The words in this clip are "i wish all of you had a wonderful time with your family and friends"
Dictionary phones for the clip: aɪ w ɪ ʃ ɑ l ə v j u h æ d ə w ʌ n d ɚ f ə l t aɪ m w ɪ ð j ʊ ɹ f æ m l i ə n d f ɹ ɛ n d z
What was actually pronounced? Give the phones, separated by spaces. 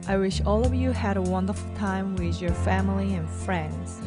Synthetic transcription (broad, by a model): aɪ w ɪ ʃ ɑ l ə v j u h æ d ə w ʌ n d ɚ f l t aɪ m w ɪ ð j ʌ ɹ f æ m l i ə n f ɹ ɛ n d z